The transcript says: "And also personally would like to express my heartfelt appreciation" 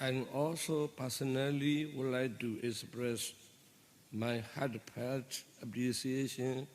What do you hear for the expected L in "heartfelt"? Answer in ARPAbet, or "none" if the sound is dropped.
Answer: none